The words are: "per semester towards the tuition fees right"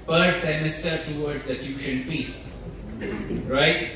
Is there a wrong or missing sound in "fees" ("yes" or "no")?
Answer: yes